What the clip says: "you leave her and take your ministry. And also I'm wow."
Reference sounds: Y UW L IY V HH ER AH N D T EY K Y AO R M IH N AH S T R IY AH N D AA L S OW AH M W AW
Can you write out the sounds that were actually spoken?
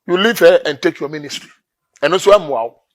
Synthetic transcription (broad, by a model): Y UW L IY V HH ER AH N T EY K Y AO M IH N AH S T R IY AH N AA N S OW AH M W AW